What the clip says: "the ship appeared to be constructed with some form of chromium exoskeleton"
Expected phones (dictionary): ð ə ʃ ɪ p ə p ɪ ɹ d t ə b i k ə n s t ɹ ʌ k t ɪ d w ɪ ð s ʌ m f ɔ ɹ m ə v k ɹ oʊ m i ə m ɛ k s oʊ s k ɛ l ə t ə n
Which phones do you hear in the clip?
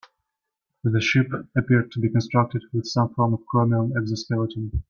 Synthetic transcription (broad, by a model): ð ə ʃ ɪ p ə p ɪ ɹ d t ə b i k ə n s t ɹ ʌ k t ɪ d w ɪ ð s ʌ m f ɔ ɹ m ə v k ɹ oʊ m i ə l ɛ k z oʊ s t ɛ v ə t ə